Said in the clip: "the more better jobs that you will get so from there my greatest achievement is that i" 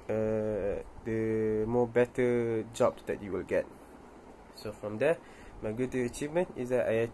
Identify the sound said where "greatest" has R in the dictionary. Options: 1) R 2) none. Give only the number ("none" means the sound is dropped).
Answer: 2